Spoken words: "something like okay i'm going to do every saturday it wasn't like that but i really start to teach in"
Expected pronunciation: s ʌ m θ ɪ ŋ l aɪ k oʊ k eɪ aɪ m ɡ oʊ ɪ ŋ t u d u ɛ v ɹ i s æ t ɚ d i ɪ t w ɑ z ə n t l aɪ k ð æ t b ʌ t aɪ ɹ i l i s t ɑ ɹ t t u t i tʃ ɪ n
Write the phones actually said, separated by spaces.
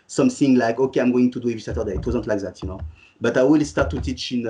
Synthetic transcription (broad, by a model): s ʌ m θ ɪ ŋ l aɪ k oʊ k eɪ aɪ m ɡ oʊ ɪ ŋ t u d u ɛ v i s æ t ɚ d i ɪ t w ɑ z ə n t l aɪ k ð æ t b ʌ t aɪ w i l s t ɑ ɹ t t u t i tʃ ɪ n